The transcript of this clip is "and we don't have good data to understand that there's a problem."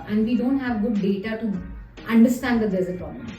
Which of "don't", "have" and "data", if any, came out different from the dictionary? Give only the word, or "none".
none